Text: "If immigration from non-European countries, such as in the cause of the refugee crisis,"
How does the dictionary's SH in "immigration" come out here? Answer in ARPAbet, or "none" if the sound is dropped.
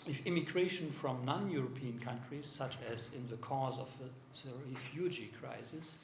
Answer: SH